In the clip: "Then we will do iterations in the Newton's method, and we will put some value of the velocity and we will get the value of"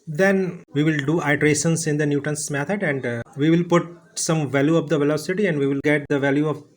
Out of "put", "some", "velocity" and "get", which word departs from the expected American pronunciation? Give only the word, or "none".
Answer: none